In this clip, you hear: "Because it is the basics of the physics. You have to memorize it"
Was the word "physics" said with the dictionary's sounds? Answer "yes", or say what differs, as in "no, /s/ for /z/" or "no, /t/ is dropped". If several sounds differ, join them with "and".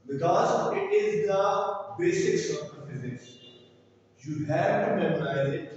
no, /k/ is dropped